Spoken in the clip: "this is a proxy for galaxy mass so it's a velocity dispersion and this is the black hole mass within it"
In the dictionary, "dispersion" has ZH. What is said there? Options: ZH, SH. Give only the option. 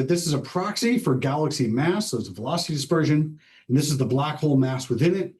ZH